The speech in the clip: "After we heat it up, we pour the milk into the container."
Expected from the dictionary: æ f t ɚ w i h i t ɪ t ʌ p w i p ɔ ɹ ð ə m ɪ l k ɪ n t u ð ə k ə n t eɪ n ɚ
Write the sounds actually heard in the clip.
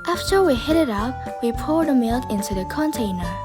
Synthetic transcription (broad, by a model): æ f t ɚ w i h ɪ t ɪ t ʌ p w i p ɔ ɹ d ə m ɪ l k ɪ n t u ð ə k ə n t eɪ n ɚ